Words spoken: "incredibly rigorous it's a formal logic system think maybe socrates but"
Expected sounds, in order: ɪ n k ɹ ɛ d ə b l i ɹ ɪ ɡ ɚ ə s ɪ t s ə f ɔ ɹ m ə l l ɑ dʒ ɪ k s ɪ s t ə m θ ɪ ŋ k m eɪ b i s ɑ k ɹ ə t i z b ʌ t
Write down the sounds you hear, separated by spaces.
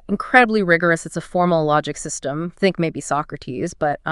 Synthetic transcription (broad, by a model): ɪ n k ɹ ɛ d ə b l i ɹ ɪ ɡ ɚ ə s ɪ t s ə f ɔ ɹ m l l ɑ dʒ ɪ k s ɪ s t ə m θ ɪ ŋ k m eɪ b i s ɑ k ɹ ə t i z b ʌ t